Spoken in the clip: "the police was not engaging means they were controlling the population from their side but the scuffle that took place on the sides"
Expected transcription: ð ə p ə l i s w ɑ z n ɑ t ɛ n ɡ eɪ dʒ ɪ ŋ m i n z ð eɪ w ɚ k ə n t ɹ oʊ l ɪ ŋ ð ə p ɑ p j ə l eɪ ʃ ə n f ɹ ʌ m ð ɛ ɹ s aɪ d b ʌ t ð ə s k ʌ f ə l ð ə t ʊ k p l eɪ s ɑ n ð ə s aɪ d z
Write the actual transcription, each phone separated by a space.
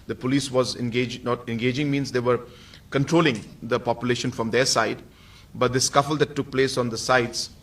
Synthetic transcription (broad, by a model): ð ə p ə l i s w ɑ z n ɑ t ɛ n ɡ eɪ dʒ ɪ ŋ m i n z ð eɪ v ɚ k ə n t ɹ oʊ l ɪ ŋ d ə p ɑ p j ə l eɪ ʃ ə n f ɹ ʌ m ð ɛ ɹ s aɪ d b ʌ t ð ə s k ʌ f ə l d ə t ʊ k p l eɪ s ɑ n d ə s aɪ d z